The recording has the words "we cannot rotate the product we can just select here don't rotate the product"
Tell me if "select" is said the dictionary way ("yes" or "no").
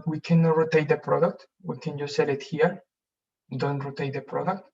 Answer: no